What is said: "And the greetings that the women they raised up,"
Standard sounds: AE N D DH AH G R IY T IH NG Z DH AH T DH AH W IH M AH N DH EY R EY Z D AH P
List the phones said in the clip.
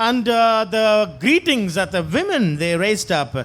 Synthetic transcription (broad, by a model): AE N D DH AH G R IY T IH NG Z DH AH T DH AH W IH M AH N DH EY R EY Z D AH P